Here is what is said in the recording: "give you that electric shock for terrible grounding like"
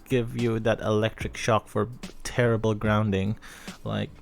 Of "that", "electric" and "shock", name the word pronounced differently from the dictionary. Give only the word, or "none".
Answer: none